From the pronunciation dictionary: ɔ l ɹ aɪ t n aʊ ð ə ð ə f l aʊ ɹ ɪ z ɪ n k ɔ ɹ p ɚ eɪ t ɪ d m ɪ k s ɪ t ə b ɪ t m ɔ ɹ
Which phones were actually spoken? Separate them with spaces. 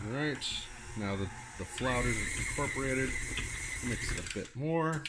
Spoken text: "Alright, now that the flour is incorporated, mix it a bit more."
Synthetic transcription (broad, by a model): ɹ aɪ t n aʊ ð ə ð ə f l aʊ ɹ ɪ z ɪ n k ɔ ɹ p ɚ eɪ t ɪ d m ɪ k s ɪ t ə b ɪ t m ɔ ɹ